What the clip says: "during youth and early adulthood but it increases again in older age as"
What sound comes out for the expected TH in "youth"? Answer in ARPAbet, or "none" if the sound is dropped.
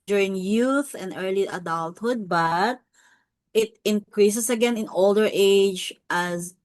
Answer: TH